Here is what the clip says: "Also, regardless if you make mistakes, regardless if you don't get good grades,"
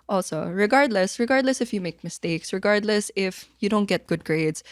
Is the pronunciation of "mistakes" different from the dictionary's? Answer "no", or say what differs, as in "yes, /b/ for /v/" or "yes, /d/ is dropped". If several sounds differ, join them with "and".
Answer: no